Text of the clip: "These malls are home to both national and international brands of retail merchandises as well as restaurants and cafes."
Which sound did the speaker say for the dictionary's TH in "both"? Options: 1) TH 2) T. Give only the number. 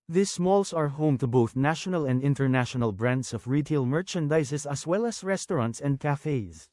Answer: 1